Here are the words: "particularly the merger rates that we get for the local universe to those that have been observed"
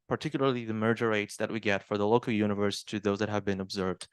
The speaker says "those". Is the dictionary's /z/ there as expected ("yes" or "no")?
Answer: yes